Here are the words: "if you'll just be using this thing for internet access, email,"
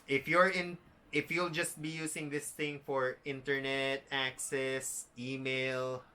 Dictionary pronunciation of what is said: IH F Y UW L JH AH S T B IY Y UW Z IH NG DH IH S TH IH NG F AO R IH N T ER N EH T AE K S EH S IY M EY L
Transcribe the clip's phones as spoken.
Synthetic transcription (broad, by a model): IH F Y UW L JH AH S T B IY Y UW S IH NG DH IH S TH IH NG F AO R IH N T ER N EH T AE K S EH S IY M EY L